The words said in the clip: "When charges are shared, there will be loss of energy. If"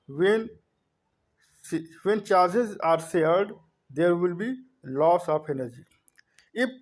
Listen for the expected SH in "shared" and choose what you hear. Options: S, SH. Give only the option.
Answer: S